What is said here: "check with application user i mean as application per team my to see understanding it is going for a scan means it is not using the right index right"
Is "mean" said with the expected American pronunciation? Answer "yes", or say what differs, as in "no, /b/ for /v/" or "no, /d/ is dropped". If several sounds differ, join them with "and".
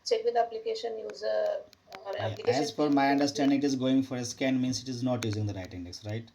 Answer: no, /n/ is dropped